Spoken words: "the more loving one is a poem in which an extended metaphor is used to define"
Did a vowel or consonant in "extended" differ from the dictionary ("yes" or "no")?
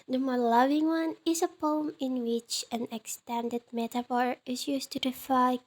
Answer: no